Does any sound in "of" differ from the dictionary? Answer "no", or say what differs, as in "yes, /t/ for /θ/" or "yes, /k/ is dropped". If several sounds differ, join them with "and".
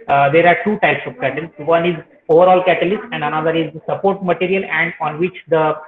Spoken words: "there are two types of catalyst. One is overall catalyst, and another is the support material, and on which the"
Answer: yes, /p/ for /v/